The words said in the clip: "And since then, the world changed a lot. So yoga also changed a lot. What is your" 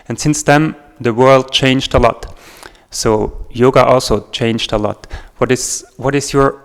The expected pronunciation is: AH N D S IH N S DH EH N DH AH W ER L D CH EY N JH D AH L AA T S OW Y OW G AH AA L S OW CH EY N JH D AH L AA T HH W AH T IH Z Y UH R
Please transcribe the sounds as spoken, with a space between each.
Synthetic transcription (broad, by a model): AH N S IH N S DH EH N DH AH W ER L D CH EY N JH D AH L AA T S OW Y OW G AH AA L S OW CH EY N JH D AH L AA T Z W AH T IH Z Y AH R